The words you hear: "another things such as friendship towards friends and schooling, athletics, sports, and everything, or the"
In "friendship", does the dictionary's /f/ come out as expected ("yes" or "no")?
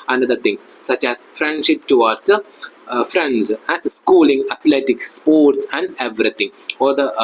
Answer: yes